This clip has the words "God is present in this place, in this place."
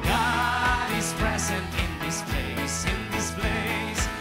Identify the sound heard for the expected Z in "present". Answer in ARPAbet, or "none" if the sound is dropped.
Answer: Z